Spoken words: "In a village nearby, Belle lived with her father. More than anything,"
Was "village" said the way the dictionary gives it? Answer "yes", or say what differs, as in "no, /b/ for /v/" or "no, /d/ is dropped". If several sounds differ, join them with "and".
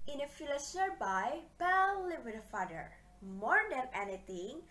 no, /f/ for /v/